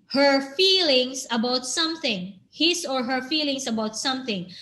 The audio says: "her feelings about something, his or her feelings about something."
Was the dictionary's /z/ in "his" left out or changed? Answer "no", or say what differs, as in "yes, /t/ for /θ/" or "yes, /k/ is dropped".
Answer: yes, /s/ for /z/